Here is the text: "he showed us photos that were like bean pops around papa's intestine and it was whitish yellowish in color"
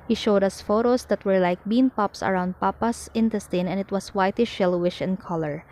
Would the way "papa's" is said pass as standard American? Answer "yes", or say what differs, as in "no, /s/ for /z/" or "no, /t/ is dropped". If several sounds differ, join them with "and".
no, /s/ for /z/